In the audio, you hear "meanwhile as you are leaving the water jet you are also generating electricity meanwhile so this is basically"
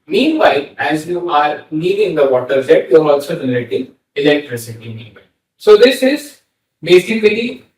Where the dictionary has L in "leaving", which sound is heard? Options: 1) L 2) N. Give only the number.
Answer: 2